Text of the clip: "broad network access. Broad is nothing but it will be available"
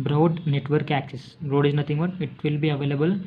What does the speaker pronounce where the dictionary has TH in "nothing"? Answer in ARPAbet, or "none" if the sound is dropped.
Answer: T